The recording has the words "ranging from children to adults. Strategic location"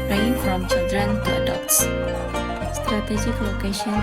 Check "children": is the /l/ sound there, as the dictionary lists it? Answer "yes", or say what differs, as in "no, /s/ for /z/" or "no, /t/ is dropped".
no, /l/ is dropped